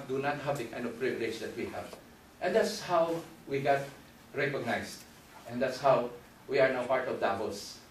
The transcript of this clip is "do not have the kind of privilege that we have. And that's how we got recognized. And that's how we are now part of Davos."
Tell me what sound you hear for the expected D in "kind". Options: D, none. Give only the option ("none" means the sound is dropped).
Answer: none